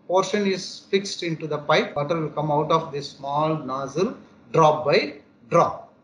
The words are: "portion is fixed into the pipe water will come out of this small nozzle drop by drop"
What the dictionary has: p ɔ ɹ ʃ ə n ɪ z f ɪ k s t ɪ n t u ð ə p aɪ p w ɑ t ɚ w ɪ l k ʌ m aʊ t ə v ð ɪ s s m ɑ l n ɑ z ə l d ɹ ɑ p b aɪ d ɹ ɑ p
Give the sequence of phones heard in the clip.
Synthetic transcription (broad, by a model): p ɔ ɹ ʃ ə n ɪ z f ɪ k s t ɪ n t u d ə p aɪ p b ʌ t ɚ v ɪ l k ʌ m aʊ t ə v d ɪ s s m ɑ l n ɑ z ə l d ɹ ɑ p b aɪ d ɹ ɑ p